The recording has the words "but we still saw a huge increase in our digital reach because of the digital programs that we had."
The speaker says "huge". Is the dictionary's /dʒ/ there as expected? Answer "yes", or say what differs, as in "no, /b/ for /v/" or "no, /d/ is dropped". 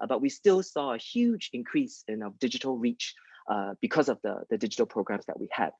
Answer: yes